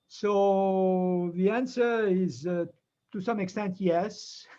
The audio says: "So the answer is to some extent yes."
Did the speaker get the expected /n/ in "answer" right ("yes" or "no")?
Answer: yes